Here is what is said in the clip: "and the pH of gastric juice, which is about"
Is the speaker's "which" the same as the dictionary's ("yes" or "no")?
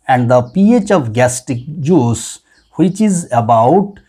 yes